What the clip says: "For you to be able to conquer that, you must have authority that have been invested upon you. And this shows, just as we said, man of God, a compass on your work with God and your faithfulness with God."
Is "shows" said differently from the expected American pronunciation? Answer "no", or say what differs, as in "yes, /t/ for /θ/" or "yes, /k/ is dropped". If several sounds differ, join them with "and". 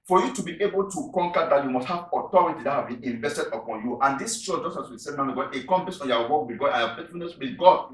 yes, /z/ is dropped